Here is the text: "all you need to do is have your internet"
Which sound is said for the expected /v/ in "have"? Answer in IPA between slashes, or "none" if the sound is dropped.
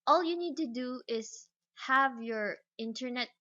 /v/